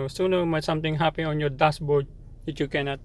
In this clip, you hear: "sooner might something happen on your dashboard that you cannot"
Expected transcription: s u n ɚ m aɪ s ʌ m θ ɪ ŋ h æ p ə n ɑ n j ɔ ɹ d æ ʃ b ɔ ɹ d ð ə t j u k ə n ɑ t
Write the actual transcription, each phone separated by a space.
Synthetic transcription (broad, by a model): s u n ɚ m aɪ s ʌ m t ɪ ŋ h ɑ p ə ɑ n j ɔ ɹ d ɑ s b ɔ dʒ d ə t j u k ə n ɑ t